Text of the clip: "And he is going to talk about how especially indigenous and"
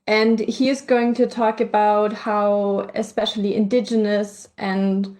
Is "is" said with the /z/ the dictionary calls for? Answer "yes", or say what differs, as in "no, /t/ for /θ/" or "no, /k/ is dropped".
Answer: yes